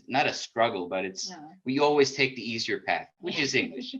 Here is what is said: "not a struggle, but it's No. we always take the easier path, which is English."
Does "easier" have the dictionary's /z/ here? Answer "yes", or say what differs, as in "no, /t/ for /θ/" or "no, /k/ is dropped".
yes